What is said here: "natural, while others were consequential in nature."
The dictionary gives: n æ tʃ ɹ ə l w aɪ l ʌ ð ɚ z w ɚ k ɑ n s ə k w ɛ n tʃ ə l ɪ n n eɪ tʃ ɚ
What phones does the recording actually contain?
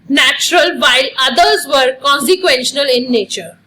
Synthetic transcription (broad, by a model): n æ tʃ ɹ ə l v aɪ l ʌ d ɚ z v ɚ k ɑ n s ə k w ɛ n ʃ ə n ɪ l n eɪ tʃ ɚ